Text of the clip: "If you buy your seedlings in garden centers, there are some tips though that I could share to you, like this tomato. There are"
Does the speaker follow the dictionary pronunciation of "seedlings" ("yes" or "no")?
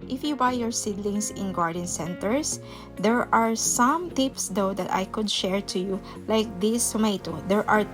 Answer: no